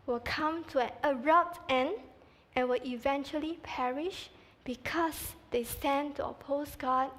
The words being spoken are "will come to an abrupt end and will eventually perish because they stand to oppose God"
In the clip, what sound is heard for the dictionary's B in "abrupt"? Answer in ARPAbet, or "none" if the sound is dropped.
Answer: none